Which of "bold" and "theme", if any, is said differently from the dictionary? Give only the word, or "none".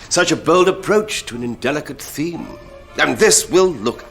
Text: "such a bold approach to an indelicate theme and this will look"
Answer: none